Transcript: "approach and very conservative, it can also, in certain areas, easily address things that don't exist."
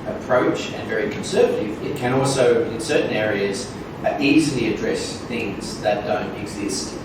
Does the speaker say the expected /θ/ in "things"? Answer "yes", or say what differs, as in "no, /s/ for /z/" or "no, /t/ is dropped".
yes